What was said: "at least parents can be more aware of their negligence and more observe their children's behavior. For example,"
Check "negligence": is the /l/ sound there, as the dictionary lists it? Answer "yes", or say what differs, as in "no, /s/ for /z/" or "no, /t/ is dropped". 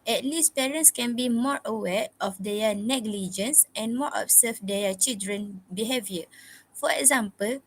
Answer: yes